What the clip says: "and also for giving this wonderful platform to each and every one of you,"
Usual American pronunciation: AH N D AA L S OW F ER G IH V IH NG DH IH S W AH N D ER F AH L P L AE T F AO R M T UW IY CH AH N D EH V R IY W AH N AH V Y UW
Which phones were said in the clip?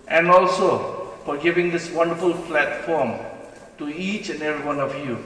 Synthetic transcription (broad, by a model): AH N AA L S OW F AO G IH V IH NG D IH S W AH N D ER F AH L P L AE T F AO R M T UW IY CH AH N EH V R IY W AH N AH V Y UW